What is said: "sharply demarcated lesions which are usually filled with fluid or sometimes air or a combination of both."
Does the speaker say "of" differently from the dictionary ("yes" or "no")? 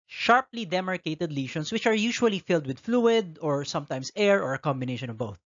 no